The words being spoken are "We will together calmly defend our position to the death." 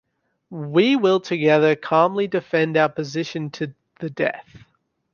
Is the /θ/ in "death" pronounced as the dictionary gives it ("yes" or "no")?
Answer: yes